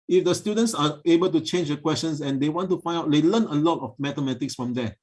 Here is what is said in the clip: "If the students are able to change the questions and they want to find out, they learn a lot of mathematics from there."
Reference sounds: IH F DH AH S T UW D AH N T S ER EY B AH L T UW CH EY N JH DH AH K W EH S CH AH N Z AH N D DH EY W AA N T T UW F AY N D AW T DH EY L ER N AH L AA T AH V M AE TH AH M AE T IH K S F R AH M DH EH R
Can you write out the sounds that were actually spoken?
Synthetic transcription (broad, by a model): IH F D AH S T UW D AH N T S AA EY B AH L T UW CH EY N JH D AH K W EH S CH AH N S AH N D EY W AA N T T UW F AY N D AW T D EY L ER N AH L AA T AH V M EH T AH M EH T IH K S F R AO M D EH